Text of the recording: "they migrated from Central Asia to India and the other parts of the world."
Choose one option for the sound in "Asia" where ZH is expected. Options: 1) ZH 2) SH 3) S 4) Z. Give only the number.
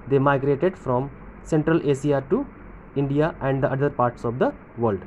3